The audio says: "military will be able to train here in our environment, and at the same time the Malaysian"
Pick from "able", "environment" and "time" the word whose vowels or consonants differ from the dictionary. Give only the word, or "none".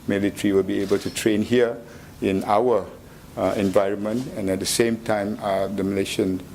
none